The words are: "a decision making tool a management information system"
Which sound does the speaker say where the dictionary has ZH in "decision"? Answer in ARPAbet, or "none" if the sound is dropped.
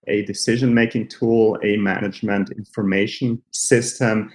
ZH